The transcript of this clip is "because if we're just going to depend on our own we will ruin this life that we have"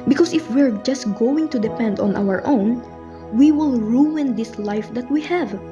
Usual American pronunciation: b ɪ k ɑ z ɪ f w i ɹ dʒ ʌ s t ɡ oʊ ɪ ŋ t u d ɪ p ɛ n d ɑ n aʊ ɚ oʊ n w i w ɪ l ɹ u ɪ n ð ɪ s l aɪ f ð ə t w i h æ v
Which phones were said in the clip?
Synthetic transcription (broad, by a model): b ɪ k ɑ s ɪ f w i ɹ dʒ ʌ s t ɡ oʊ ɪ ŋ t u d ɪ p ɛ n d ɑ n aʊ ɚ oʊ n w i w ɪ l ɹ u ɪ n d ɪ s l aɪ f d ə t w i h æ v